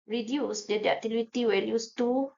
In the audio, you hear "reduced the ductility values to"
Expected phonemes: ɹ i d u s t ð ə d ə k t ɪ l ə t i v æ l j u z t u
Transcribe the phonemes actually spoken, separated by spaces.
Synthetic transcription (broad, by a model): ɹ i d u s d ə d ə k t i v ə t i w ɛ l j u s t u